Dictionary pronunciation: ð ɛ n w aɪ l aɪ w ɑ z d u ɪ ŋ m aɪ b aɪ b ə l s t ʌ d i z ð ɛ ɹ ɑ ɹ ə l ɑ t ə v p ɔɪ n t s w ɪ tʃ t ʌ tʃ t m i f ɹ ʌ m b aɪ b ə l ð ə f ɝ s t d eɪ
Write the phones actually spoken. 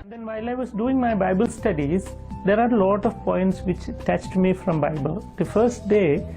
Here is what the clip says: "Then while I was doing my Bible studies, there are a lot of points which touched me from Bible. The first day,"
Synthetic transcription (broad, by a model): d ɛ n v aɪ l aɪ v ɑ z d u ɪ ŋ m aɪ b aɪ b ə l s t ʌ d i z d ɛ ɹ ɑ ɹ l ɑ t ə v p ɔɪ n t s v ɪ tʃ t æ tʃ t m i f ɹ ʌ m b aɪ b ə l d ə f ɝ s t d eɪ